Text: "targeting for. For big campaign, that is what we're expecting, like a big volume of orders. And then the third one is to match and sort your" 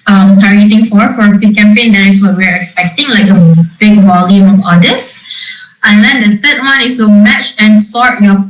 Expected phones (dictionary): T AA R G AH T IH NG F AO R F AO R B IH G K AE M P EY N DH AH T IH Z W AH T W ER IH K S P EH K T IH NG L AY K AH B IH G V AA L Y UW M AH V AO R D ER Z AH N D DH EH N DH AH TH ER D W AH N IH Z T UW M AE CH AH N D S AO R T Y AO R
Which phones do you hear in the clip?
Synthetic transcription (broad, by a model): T AA R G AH T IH NG F AO R F AO R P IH K AE M P EY N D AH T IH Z W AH T W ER IH K S P EH K T IH NG L AY K AH B IH G V AA L Y UW M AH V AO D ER S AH N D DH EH N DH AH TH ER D W AH N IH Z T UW M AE CH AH N S AO R T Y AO